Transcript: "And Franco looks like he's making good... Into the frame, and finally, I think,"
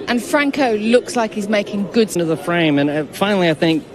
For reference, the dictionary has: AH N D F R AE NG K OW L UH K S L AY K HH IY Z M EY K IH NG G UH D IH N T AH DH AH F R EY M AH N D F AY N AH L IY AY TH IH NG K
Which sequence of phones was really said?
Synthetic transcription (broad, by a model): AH N F R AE NG K OW L UH K S L AY K HH IY Z M EY K IH NG G UH D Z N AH DH AH F R EY M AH N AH F AY N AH L IY AY TH IH NG K